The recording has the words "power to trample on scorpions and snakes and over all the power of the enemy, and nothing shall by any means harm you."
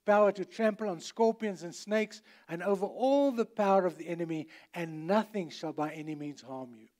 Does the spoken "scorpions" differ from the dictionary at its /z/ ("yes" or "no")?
no